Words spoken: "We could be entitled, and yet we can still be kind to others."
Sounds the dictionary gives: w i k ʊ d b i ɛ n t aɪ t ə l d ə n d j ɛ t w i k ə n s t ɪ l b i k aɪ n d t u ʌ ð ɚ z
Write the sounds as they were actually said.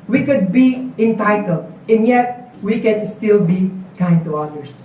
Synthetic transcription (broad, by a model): w i k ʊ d b i ɛ n t aɪ t ə l d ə n j ɛ t w i k ə n s t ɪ l b i k aɪ n d t u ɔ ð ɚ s